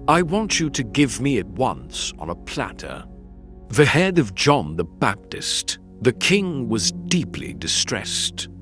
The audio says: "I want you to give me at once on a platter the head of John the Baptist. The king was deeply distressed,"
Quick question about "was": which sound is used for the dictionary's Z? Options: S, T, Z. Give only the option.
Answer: Z